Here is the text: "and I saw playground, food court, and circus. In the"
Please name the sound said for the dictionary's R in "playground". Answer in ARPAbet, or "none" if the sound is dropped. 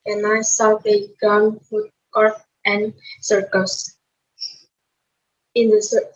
none